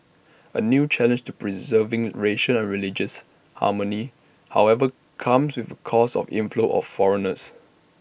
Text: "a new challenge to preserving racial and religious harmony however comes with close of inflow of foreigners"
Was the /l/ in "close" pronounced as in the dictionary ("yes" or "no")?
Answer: no